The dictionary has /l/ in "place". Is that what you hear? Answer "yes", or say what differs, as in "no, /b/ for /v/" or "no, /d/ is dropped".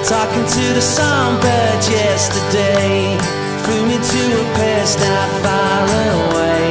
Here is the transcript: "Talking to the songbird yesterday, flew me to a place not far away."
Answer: no, /l/ is dropped